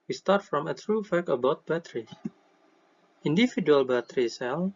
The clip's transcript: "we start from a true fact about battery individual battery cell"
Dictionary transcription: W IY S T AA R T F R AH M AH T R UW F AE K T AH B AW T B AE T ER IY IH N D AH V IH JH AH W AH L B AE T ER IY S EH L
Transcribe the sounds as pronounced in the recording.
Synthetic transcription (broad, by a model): W IY S T AA R T F R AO M AH T R UW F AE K AH B AW T B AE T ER IY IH N D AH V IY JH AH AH L B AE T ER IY S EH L